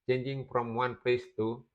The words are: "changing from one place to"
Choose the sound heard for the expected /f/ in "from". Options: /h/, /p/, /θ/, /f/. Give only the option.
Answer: /p/